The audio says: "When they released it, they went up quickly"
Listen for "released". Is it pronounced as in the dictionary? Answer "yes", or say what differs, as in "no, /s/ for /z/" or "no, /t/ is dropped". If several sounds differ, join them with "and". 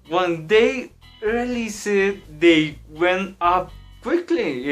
no, /t/ is dropped